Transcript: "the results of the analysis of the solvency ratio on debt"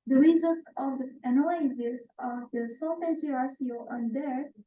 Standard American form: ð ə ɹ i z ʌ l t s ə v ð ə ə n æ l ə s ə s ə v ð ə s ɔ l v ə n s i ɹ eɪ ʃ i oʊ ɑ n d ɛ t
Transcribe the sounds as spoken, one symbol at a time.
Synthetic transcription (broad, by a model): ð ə ɹ i z ʌ l t s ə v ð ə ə n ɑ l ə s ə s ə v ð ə s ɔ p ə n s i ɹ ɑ s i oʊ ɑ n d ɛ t